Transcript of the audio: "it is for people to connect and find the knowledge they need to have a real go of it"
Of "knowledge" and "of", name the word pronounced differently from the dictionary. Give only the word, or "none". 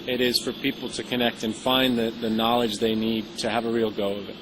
none